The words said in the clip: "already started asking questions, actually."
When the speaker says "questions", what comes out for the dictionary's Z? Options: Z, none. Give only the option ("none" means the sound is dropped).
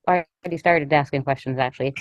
Z